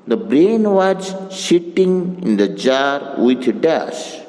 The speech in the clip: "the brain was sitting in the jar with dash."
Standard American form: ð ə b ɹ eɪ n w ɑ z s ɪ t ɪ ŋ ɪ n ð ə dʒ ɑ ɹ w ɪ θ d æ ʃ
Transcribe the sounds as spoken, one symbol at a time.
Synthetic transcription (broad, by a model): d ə b ɹ eɪ n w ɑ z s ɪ t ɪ ŋ ɪ n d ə dʒ ɑ ɹ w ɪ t d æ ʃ